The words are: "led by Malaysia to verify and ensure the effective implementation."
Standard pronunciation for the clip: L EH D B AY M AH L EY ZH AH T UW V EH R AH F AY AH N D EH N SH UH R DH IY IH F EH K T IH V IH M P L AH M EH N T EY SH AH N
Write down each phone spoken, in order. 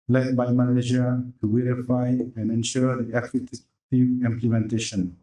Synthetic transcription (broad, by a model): L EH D B AY M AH N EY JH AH T UW W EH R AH F AY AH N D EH N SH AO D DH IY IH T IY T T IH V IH M P L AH M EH N T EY SH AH N